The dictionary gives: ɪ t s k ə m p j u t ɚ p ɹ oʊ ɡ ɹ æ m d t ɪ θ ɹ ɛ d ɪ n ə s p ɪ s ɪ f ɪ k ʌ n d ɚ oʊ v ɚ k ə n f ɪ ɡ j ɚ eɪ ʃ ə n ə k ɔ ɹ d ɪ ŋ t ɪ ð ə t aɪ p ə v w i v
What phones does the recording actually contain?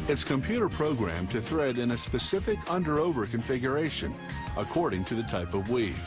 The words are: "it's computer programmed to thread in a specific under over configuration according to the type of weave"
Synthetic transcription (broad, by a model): ɪ t s k ə m p j u t ɚ p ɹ oʊ ɡ ɹ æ m t ɪ θ ɹ ɛ d ɪ n ə s p ɪ s ɪ f ɪ k ʌ n d ɚ oʊ v ɚ k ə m f ɪ ɡ j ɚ eɪ ʃ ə n ə k ɔ ɹ d ɪ ŋ t ɪ ð ə t aɪ p ə v w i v